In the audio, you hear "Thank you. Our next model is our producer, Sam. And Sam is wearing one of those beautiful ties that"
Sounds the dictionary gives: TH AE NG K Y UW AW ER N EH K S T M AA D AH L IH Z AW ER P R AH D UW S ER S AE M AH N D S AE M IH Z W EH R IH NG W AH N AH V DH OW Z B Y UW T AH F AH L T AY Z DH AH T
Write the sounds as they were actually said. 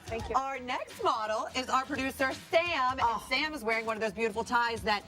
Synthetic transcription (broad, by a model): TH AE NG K Y AW ER N EH K S T M AA D L IH Z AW ER P R AH D UW S ER S AE M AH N S AE M IH Z W EH R IH NG W AH N AH V DH OW Z B Y UW T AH F L T AY Z DH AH T